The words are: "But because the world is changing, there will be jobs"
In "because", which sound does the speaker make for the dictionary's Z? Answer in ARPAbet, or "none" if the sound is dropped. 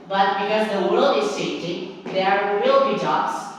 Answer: Z